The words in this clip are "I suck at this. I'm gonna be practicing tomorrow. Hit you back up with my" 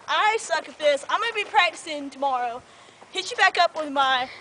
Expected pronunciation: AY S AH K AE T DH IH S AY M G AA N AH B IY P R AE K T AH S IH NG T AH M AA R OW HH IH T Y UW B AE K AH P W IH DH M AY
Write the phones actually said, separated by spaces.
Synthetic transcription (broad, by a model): AY S AH K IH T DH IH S AY M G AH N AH B IY P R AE K T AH S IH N T AH M AA R OW HH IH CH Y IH B AE K AH P W IH DH M AY